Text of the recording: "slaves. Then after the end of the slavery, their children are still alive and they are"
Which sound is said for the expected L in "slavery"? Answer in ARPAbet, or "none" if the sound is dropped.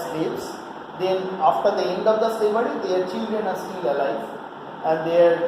none